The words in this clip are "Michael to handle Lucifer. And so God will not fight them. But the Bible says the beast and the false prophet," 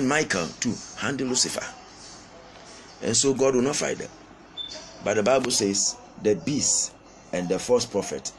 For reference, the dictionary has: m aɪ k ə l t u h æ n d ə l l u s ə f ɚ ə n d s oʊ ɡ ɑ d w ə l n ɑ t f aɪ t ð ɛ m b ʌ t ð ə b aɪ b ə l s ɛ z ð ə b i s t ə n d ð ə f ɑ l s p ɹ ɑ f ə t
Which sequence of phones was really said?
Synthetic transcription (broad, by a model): m aɪ k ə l t u h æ n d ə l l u s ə f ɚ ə n s oʊ ɡ ɑ d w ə n ɑ t f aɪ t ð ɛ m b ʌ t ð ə b aɪ b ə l s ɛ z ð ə b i s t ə n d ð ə f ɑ s p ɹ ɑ f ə t